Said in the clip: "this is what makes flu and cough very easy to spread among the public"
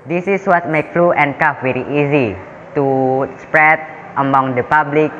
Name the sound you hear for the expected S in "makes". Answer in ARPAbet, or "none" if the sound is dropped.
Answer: none